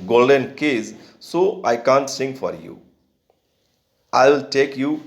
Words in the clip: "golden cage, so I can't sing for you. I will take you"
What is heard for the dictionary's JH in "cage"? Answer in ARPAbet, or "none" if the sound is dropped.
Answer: Z